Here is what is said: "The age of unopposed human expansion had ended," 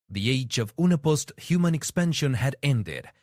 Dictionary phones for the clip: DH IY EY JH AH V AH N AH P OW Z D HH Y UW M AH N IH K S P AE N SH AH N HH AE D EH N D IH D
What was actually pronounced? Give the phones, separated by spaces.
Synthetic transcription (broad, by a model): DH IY EY JH AH V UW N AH P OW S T HH Y UW M AH N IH K S P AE N SH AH N HH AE D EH N D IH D